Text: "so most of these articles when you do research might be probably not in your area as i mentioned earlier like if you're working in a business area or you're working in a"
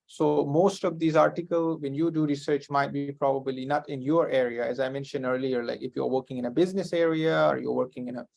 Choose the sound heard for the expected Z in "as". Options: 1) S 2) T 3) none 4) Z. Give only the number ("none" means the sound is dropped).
4